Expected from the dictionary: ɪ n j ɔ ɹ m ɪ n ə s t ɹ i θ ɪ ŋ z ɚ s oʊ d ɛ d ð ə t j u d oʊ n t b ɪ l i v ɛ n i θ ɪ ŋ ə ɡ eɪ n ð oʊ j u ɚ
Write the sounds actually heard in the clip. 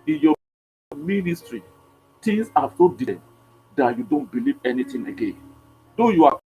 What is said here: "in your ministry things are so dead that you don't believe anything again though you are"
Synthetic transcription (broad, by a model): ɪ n j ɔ m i n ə s t ɹ i t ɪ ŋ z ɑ s oʊ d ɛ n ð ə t j u d oʊ n t b ɪ l i v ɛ n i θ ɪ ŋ ə ɡ eɪ n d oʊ j u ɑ